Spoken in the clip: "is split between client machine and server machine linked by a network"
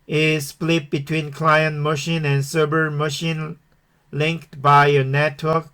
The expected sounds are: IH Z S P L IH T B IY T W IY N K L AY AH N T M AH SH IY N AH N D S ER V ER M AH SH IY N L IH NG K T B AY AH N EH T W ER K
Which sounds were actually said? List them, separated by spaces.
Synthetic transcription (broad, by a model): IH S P L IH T B IY T W IY N K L AY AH N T M AH SH IY N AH N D S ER B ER M AH SH IY N L IH NG K T B AY AH N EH T W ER K